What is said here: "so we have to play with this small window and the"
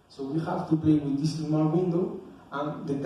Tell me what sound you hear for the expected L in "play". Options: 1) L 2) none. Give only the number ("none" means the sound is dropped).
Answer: 2